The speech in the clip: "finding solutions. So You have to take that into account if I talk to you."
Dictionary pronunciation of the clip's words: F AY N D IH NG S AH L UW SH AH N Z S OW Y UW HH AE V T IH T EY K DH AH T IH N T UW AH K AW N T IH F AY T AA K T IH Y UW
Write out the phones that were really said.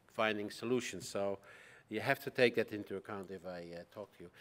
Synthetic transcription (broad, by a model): F AY N D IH NG S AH L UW SH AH N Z S OW Y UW HH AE F T IH T EY K DH AH T IH N T UW AH K AW N T IH F AY T AA K T IH Y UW